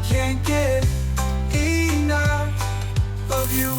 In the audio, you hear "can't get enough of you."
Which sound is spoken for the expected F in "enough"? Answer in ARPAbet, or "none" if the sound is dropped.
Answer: none